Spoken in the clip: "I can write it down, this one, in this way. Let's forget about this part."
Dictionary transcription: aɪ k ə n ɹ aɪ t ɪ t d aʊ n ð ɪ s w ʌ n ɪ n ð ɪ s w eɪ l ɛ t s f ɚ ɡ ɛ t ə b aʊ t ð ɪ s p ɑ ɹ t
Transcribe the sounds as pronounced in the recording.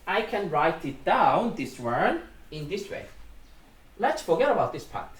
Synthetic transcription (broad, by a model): aɪ k ə n ɹ aɪ t ɪ t d aʊ n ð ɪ s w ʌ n ɪ n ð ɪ s w eɪ l ɛ t s f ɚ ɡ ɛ t ə b aʊ t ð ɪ s p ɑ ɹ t